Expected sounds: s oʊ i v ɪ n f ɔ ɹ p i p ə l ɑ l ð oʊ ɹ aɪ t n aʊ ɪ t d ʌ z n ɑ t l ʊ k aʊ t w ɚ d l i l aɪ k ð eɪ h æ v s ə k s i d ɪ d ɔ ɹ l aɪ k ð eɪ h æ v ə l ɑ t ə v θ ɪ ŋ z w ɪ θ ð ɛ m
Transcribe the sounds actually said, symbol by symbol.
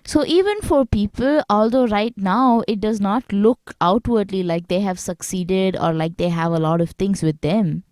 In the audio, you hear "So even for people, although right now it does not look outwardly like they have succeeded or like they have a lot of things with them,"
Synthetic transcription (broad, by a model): s oʊ i v ɪ n f ɔ ɹ p i p ə l ɑ l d oʊ ɹ aɪ t n aʊ ɪ t d ʌ z n ɑ t l ʊ k aʊ t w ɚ d l i l aɪ k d eɪ h æ v s ə k s i d ɪ d ɔ ɹ l aɪ k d eɪ h æ v ə l ɑ t ə v t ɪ ŋ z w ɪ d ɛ m